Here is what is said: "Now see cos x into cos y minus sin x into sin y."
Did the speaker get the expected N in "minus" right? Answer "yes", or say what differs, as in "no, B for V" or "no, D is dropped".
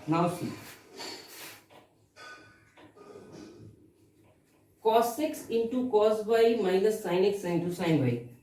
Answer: no, L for N